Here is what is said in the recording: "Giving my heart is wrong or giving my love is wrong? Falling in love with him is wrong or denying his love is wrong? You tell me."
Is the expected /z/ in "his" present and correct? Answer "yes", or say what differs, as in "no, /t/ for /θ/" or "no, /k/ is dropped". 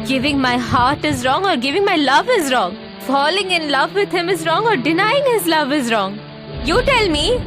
yes